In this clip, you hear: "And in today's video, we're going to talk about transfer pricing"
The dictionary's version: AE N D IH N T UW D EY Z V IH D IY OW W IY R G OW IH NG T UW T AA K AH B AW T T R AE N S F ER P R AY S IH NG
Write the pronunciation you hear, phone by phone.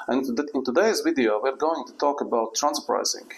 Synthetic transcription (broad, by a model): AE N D IH N T UW D EY Z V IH D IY OW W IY R G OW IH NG T UW T AA K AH B AW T T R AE N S ER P R AY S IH NG